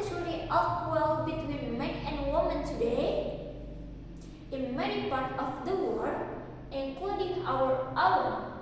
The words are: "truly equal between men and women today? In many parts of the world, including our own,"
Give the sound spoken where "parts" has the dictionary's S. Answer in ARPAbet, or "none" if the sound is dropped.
none